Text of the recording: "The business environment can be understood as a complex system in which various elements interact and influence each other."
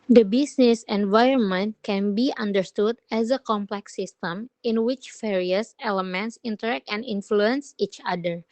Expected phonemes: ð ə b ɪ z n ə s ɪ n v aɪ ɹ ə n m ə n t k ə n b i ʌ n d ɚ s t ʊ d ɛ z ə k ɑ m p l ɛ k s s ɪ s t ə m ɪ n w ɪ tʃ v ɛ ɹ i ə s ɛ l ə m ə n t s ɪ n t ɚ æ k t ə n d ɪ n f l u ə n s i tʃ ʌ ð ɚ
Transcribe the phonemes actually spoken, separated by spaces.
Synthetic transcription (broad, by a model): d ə b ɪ s n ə s ɪ n v aɪ ɹ ə n m ə n t k ə n b i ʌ n d ɚ s t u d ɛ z ə k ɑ m p l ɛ k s s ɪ s t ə m ɪ n w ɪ tʃ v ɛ ɹ i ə s ɛ l ə m ə n t s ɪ n t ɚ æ k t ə n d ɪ n f l u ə n s i tʃ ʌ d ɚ